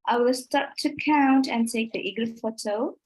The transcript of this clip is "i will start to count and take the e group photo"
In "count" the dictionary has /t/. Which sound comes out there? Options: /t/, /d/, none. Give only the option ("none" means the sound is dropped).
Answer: /t/